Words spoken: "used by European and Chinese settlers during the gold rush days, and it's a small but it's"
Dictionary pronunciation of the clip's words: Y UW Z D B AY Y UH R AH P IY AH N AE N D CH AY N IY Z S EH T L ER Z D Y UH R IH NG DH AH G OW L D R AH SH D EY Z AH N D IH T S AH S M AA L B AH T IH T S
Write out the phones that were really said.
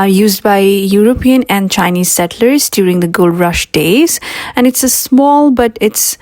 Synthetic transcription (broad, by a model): Y UW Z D B AY Y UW R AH P IY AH N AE N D CH AY N IY Z S EH T L ER Z D Y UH R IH NG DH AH G OW L D R AH SH D EY Z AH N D IH T S AH S M AA L B AH T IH T S